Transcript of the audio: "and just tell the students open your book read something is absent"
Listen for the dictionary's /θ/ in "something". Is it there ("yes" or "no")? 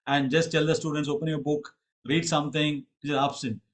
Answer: no